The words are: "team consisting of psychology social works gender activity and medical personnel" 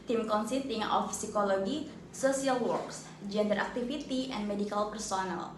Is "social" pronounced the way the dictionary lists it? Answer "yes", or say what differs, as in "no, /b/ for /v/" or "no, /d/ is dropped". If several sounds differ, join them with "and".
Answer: no, /s/ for /ʃ/